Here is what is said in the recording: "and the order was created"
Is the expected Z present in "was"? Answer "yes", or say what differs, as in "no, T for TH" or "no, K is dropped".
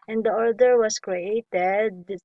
no, S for Z